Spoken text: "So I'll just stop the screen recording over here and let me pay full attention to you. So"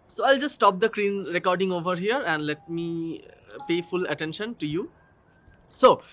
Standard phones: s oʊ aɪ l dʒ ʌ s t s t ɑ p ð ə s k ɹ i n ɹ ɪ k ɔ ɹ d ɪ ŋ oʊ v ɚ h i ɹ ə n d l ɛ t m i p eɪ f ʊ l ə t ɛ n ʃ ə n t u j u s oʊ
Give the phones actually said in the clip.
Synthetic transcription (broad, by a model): s oʊ aɪ l dʒ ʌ s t s t ɑ p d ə k ɹ i n ɹ ɪ k ɔ ɹ d ɪ ŋ oʊ v ɚ h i ɹ ə n d l ɛ t m i p eɪ f ʊ l ə t ɛ n ʃ ə n t u j u s oʊ